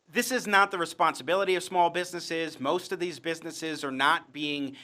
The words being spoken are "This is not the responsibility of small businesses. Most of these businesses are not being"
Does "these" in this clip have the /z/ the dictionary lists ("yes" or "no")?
yes